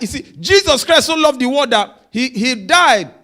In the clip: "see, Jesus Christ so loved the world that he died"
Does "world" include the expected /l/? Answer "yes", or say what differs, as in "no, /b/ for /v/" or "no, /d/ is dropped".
no, /l/ is dropped